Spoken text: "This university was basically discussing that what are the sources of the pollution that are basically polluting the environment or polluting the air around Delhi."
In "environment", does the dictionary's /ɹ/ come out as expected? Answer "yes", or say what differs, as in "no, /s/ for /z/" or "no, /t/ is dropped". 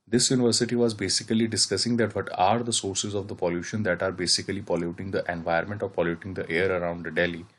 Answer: no, /ɹ/ is dropped